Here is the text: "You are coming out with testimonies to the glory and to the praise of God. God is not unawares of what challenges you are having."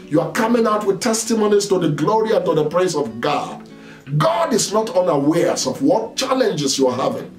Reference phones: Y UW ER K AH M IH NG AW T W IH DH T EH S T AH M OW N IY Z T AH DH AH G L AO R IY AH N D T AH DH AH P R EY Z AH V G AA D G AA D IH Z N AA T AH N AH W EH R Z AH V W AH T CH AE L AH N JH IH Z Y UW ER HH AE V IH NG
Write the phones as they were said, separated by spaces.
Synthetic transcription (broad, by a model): Y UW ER K AH M IH NG AW T W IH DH T EH S T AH M OW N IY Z T AH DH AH G L AO R IY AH N T AH DH AH P R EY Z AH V G AA D G AA D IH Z N AA T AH N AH W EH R S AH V W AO T CH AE L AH N JH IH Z Y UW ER HH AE V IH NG